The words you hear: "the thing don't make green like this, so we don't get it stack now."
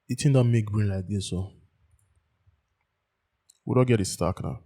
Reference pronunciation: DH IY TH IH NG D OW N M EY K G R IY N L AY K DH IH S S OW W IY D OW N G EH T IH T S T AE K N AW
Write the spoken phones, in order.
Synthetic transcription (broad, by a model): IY T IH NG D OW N M EY K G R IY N L AY K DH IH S S OW W IY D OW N G EH T IH T S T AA K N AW